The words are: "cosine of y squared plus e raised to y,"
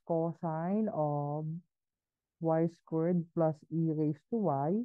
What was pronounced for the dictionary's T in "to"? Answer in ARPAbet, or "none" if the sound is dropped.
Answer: T